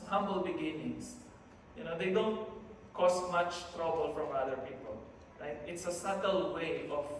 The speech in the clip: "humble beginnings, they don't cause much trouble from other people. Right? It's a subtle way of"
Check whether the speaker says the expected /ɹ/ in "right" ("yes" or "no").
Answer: no